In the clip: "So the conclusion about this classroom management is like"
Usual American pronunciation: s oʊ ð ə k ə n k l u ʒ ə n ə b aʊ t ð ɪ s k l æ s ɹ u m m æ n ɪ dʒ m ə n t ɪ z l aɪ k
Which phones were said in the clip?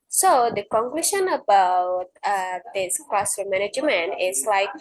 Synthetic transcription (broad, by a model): s oʊ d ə k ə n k l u ʃ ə n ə b aʊ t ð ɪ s k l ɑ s ʌ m m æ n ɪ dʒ m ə n ɪ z l aɪ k